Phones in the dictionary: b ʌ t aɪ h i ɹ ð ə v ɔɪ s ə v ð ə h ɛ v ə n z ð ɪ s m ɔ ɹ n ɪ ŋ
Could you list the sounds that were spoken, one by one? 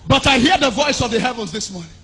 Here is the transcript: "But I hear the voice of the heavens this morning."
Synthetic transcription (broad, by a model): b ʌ t aɪ h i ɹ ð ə v ɔɪ s ə v ð ə h ɛ v ə n z ð ɪ s m ɔ ɹ n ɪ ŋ